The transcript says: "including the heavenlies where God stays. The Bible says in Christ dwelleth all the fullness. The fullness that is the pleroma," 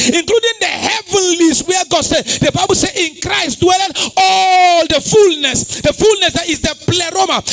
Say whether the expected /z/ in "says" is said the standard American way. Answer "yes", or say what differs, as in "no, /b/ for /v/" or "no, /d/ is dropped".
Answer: no, /z/ is dropped